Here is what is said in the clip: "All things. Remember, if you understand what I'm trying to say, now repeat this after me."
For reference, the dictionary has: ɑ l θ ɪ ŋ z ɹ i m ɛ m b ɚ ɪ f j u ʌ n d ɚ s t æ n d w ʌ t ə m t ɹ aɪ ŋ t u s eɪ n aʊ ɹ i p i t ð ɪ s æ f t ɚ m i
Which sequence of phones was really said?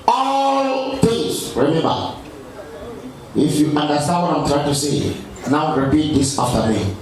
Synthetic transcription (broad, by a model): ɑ l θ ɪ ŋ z ɹ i m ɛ m b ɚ ɪ f j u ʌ n d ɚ s t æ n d w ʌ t ə m t ɹ aɪ ŋ t u s eɪ n aʊ ɹ i p i t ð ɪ s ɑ f t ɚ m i